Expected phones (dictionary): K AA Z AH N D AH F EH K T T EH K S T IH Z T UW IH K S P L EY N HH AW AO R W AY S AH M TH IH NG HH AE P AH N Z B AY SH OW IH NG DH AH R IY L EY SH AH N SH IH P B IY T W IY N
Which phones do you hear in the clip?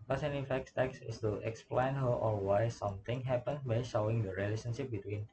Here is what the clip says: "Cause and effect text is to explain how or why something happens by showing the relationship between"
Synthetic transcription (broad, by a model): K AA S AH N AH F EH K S T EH K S IH S T UW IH K S P L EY N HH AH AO L W AY S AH M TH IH NG HH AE P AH N B AY SH OW IH NG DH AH R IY L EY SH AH N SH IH P B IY T W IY N